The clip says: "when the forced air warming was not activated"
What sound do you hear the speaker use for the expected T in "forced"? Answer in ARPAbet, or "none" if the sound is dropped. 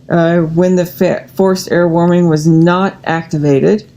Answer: T